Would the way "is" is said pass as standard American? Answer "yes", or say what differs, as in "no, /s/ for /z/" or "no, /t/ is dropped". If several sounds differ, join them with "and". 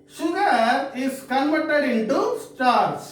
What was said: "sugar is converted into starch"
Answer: no, /s/ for /z/